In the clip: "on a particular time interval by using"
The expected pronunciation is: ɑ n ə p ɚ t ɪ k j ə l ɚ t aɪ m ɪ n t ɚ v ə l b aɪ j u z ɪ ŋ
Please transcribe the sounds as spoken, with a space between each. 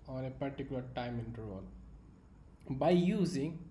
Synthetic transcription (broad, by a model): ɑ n ə p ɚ t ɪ k j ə l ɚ t aɪ m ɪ n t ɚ ə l b aɪ j u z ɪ ŋ